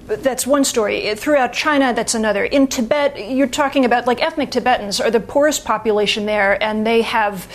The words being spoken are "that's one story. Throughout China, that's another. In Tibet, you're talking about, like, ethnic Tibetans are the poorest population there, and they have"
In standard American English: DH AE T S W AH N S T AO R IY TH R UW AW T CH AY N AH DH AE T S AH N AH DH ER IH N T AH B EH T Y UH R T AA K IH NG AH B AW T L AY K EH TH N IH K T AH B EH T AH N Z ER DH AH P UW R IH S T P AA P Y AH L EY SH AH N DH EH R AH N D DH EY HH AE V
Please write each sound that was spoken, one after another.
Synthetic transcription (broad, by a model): DH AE T S W AH N S T AO R IY TH R UW AW T CH AY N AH DH AE T S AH N AH DH ER IH N T AH B EH T Y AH R T AA K IH NG AH B AW T L AY K EH TH N IH K T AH B EH T N Z ER DH AH P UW R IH S P AA P Y AH L EY SH AH N DH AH R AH N DH EY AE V